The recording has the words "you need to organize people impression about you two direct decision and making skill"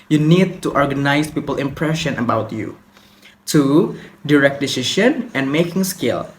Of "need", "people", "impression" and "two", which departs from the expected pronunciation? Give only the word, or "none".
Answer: none